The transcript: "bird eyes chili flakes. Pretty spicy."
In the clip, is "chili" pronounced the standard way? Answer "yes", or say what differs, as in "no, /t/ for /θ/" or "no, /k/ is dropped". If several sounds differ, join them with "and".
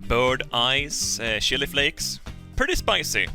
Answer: no, /ʃ/ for /tʃ/